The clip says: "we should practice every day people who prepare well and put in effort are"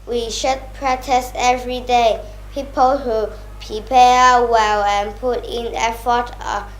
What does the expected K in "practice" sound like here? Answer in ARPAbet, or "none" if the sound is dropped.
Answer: none